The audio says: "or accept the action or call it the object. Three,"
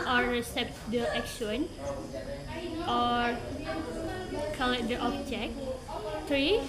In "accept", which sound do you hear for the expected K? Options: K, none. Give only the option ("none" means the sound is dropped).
none